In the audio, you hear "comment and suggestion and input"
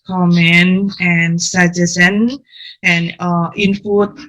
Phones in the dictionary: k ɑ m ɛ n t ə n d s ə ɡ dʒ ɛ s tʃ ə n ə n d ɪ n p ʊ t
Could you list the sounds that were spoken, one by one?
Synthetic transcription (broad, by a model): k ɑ m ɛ n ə n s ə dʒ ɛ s ə n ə n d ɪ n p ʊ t